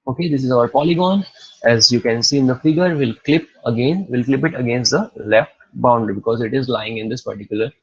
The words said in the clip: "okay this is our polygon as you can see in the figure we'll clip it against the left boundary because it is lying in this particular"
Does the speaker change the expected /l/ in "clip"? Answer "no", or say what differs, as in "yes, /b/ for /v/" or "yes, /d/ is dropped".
no